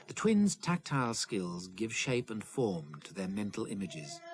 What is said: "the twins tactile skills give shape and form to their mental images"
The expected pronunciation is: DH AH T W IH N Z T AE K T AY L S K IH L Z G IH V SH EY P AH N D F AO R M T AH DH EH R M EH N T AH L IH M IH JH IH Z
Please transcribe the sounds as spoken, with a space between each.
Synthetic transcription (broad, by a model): DH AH T W IH N Z T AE K T AY L S K IH L Z G IH V SH EY P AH N F AO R M T AH DH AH R M EH N T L IH M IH JH IH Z